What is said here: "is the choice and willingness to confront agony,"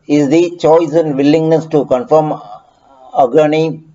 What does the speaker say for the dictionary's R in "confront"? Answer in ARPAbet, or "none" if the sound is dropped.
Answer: none